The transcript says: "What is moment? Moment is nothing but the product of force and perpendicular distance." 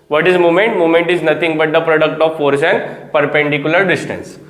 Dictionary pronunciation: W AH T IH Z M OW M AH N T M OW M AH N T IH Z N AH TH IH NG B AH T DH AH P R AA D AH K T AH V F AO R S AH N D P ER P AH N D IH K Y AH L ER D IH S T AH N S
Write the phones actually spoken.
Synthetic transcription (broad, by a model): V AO T IH Z M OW M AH N T M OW M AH N T IH Z N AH T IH NG B AH T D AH P R AA D AH K T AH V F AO R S AH N D P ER P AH N D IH K Y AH L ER D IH S T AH N S